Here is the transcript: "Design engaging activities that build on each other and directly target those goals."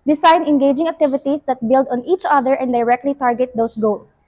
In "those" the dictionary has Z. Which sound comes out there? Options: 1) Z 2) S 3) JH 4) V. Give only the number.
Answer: 2